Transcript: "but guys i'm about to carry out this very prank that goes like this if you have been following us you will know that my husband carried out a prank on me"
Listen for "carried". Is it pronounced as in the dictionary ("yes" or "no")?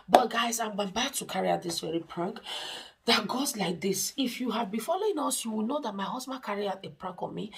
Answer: no